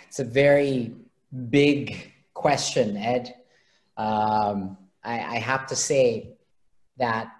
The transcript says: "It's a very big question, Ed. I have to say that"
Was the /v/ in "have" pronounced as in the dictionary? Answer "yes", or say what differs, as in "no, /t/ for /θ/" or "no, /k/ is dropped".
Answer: no, /f/ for /v/